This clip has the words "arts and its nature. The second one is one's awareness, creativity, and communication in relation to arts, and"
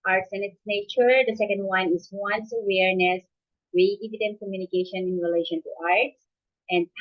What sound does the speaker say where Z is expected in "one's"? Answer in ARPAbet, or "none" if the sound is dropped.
S